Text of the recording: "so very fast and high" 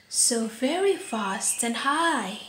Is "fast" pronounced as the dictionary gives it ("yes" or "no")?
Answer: yes